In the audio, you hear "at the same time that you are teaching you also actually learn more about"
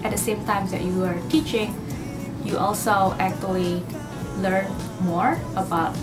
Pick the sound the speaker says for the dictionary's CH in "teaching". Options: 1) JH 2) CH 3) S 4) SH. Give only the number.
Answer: 2